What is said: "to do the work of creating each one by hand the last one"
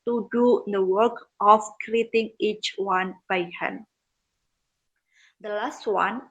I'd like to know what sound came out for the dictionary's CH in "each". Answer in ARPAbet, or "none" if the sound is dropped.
CH